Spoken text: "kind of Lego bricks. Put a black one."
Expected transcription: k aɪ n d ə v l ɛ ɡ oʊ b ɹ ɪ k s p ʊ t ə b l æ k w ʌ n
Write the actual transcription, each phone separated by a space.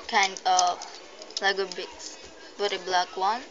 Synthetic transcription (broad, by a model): k aɪ n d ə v l ɛ ɡ oʊ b ɪ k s b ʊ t ə b l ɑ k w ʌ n